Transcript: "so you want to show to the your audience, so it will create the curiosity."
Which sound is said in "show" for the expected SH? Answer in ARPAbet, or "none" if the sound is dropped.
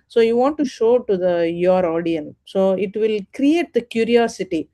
SH